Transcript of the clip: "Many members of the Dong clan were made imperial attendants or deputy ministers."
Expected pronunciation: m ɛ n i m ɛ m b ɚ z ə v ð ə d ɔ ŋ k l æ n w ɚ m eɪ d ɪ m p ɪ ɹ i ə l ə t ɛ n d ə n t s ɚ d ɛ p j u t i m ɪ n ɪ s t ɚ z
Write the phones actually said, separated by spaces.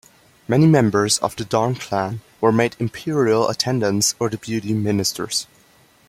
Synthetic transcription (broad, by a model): m ɛ n i m ɛ m b ɚ z ə v ð ə d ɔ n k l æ n w ɚ m eɪ d ɪ m p ɪ ɹ i ə l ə t ɛ n d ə n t s ɚ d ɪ b j u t i m ɪ n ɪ s t ɚ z